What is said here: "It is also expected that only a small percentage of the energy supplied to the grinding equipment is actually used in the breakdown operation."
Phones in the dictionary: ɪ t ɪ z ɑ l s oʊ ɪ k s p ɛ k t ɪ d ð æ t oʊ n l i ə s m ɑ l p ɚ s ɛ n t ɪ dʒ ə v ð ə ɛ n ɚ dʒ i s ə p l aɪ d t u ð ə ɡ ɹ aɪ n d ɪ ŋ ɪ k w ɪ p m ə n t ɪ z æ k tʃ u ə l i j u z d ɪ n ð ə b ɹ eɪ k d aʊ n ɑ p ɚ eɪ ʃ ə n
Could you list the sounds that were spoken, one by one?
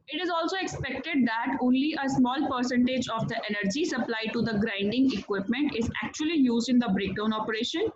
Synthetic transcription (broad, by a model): ɪ t ɪ z ɑ l s oʊ ɪ k s p ɛ k t ɪ d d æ t oʊ n l i ə s m ɑ l p ɚ s ɛ n t ɪ dʒ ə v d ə ɛ n ɚ dʒ i s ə p l aɪ t u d ə ɡ ɹ aɪ n d ɪ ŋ ɪ k w ɪ p m ə n t ɪ z æ k tʃ u ə l i j u z d ɪ n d ə b ɹ eɪ k d aʊ n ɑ p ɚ eɪ ʃ ə n